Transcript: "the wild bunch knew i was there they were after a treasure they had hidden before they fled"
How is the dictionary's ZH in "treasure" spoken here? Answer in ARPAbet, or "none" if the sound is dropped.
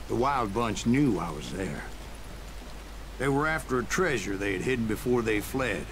ZH